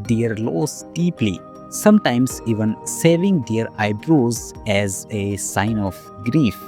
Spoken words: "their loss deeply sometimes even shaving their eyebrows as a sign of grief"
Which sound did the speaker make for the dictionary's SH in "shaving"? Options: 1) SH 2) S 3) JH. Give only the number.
2